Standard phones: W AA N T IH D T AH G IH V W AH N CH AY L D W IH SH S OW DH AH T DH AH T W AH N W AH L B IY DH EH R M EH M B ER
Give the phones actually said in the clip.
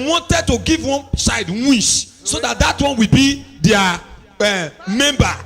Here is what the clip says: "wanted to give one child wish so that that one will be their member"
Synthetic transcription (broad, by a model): W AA N T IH D T AH G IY V W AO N S AY D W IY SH S OW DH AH T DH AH T W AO N W AH L B IY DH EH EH M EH M B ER